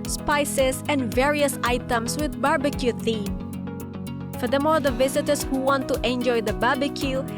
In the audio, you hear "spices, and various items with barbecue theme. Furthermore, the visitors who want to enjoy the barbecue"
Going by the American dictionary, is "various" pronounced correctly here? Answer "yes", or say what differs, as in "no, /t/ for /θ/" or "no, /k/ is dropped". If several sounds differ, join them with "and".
yes